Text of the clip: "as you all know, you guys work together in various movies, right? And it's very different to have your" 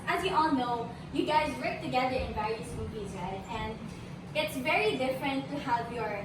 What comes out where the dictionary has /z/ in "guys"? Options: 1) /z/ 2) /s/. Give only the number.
1